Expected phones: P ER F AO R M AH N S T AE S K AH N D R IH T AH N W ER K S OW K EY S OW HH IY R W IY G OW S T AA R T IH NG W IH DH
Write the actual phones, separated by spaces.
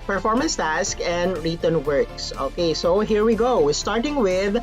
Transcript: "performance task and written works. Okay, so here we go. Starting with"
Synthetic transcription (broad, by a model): P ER F AO R M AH N S T AE S K AH N D R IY T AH N W ER K S OW K EY S OW HH IY R W IY G OW S T AA R T IH NG W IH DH